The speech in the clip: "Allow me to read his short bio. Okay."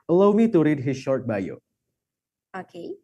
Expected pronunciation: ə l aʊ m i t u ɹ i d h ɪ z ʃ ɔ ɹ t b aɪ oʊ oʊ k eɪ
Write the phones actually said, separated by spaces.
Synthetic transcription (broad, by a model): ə l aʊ m i t u ɹ i d h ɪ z ʃ ɔ ɹ t b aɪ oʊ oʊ k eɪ